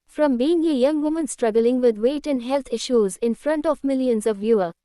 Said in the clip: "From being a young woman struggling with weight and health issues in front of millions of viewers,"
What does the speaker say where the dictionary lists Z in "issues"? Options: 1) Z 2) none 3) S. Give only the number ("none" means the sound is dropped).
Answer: 1